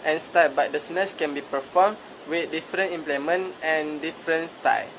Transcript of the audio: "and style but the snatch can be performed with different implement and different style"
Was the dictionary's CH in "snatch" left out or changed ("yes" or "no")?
yes